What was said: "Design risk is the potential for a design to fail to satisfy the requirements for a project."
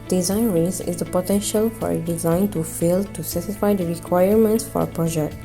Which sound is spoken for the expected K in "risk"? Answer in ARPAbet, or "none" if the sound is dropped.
none